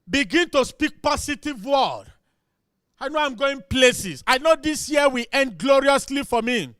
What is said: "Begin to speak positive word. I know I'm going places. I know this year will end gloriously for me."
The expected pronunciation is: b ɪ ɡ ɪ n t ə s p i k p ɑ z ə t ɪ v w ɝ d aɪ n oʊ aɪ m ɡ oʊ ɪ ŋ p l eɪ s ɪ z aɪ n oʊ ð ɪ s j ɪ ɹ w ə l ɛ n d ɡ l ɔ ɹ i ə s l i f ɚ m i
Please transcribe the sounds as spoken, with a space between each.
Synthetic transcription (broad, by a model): b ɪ ɡ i n t ə s p i k p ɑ s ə t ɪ v w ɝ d aɪ n oʊ aɪ m ɡ oʊ ɪ ŋ p l eɪ s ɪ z aɪ n oʊ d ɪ s j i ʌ w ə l ɛ n d ɡ l ɔ ɹ i ə s l i f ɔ m i